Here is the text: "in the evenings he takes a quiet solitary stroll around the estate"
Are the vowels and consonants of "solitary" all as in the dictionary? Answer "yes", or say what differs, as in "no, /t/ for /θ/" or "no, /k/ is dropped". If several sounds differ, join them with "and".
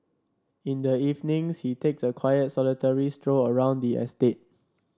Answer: yes